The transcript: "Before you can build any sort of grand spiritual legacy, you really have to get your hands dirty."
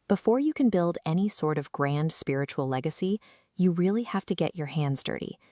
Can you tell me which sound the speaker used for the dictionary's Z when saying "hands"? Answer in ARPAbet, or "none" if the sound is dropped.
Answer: Z